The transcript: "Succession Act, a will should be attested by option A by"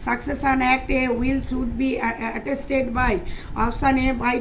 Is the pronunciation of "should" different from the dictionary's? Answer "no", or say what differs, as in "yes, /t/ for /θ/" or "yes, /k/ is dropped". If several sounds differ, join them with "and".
yes, /s/ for /ʃ/